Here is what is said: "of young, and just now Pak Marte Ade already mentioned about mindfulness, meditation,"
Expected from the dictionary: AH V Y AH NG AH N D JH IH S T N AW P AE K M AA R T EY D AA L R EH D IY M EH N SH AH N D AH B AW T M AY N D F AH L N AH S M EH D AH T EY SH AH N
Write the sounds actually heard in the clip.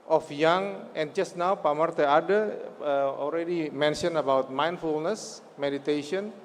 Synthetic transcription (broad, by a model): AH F Y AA NG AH N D JH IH S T N AW P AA M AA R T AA D AA L R EH D IY M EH N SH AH N AH B AW T M AY N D F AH L N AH S M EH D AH T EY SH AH N